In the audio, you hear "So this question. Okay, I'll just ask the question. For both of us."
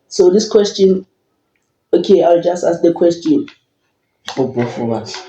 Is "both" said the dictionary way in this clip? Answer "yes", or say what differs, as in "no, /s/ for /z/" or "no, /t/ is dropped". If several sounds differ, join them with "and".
no, /f/ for /θ/